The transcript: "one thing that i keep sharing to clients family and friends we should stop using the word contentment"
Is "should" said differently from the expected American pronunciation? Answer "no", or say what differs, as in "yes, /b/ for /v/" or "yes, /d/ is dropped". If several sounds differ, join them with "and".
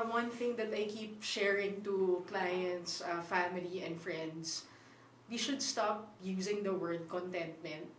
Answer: no